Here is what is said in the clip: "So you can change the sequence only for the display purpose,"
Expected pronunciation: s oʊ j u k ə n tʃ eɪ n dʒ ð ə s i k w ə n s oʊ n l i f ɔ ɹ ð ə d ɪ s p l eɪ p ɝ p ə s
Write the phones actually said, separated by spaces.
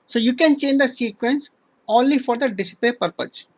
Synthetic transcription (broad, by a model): s oʊ j u k ə n tʃ eɪ n dʒ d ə s i k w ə n s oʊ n l i f ɔ ɹ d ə d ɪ s p eɪ p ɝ p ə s